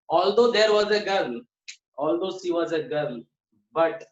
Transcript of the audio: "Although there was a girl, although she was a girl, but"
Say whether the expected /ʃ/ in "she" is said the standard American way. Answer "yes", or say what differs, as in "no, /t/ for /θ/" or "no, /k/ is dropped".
no, /s/ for /ʃ/